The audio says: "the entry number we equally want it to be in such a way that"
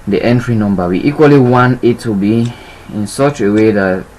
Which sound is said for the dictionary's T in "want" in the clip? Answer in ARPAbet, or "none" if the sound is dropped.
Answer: none